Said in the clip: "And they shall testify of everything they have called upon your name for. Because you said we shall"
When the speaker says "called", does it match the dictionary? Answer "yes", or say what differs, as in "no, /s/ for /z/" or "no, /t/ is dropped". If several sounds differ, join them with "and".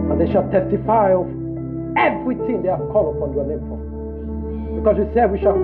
no, /d/ is dropped